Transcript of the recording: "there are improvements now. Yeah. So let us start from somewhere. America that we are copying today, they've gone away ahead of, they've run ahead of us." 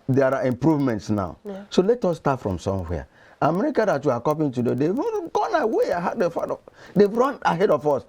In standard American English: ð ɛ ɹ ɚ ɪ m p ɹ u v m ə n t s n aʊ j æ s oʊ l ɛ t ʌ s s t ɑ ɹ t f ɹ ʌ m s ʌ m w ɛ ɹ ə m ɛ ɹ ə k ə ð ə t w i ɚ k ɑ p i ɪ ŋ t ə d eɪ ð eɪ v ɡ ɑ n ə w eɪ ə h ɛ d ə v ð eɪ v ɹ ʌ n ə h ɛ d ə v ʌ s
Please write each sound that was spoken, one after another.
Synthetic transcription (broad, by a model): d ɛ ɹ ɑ ɪ m p ɹ u v m ə n t s n aʊ s oʊ l ɛ t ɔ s s t ɑ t f ɹ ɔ m s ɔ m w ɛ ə m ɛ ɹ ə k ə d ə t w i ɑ k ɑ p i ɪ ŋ t ə d eɪ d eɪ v ɡ ɑ n ə w eɪ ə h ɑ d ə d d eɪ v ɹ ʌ n ə h ɛ d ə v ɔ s